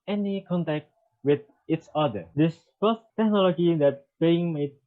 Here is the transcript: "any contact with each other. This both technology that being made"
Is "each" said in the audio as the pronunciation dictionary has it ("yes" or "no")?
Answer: no